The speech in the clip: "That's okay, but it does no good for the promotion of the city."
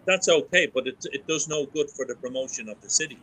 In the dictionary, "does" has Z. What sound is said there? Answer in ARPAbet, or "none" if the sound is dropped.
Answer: Z